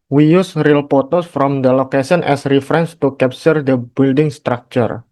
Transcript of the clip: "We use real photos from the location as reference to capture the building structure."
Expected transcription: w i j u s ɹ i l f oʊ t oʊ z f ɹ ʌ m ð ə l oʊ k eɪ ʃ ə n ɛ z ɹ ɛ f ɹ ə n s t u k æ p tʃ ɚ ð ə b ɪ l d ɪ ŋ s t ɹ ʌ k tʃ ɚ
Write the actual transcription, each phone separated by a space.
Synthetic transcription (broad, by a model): w i j u s ɹ i l p oʊ t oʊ s f ɹ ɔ m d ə l oʊ k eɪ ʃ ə n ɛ s ɹ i f ɹ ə n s t u k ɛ p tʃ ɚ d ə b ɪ l d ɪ ŋ s t ɹ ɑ k tʃ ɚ